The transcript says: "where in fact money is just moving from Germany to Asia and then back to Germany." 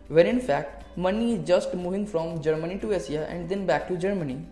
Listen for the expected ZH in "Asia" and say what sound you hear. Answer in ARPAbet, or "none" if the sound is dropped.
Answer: S